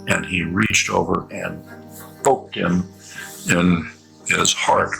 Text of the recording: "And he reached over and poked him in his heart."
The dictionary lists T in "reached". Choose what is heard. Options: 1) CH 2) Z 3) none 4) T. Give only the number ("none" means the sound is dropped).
4